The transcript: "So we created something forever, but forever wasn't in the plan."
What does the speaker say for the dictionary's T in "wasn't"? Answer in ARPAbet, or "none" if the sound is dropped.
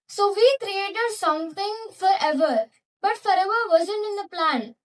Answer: none